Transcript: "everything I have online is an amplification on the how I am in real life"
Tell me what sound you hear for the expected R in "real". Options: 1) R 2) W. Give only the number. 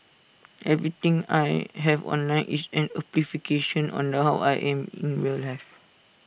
2